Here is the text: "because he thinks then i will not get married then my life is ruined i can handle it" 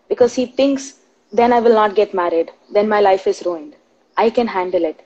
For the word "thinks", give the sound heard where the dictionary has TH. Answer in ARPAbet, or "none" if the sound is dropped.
T